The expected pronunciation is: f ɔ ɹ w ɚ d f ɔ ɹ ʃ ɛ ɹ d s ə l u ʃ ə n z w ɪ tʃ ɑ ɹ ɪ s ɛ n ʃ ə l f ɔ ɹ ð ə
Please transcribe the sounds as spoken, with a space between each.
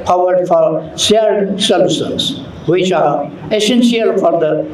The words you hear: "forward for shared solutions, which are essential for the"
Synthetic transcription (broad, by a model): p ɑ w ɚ d f ɔ ɹ s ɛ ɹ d s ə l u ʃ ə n s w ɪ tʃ ɑ ɹ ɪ s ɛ n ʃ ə l f ɔ ɹ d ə